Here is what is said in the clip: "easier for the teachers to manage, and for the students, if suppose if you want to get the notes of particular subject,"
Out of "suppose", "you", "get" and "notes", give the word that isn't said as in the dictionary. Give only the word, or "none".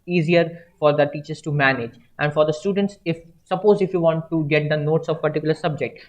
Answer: none